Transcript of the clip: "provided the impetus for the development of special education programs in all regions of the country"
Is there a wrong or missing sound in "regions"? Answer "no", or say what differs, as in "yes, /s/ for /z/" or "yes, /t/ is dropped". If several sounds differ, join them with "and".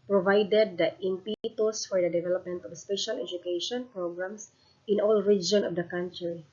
yes, /z/ is dropped